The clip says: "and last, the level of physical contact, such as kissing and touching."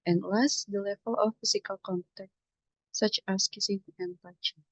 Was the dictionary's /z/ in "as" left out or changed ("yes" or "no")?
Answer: yes